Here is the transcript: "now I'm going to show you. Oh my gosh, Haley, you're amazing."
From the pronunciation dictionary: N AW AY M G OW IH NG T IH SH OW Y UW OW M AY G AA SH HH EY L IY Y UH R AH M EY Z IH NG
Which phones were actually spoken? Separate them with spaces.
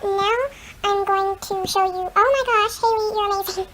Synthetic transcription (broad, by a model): N AW AY M G OW IH NG T IH SH OW Y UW OW M AY G AA SH HH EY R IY Y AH R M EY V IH